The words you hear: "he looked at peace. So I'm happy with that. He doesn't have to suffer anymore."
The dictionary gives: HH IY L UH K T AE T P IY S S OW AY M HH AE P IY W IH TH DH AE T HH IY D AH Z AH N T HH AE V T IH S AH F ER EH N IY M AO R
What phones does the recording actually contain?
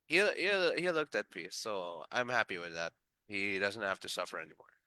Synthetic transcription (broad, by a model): HH IY L UH K T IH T P IY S S OW AY M HH AE P IY W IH DH AE T HH IY D AH Z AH N T HH AE F T IH S AH F ER EH N IY M AO R